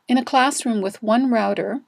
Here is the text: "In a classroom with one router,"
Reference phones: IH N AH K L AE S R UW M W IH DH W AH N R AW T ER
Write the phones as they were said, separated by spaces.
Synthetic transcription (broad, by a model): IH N AH K L AE S R UW M W IH DH W AH N R AW T ER